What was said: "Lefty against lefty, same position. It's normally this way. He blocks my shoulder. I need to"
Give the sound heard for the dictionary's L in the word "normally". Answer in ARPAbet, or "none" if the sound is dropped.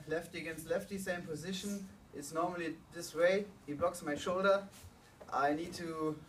L